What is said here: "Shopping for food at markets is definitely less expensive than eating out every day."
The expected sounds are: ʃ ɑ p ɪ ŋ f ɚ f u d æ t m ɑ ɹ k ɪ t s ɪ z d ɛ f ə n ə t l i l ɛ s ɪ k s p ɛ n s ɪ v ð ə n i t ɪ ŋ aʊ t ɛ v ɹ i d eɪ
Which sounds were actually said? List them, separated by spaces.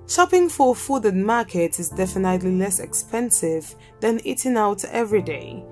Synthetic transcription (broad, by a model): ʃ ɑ p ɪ ŋ f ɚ f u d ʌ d m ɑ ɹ k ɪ t ɪ z d ɛ f ə n ə t l i l ɛ s ɪ k s p ɛ n s ɪ v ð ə n i t ɪ ŋ aʊ t ɛ v ɹ i d eɪ